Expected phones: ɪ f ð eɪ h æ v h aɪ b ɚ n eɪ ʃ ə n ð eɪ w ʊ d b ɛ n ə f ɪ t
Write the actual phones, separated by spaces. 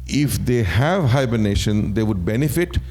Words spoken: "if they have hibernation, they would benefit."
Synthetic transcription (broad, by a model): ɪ f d eɪ h æ v h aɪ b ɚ n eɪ ʃ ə n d eɪ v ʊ d b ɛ n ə f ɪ t